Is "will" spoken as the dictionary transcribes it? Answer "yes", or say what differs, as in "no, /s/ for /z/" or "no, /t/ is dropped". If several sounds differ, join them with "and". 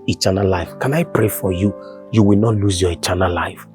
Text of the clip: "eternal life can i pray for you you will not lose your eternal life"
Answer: yes